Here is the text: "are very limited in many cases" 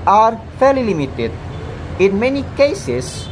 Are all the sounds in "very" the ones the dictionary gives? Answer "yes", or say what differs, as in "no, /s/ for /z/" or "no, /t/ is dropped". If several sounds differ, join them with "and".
no, /f/ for /v/ and /l/ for /ɹ/